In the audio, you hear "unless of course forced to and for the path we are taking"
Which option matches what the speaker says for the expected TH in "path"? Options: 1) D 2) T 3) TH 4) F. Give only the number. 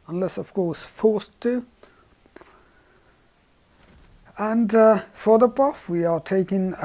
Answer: 4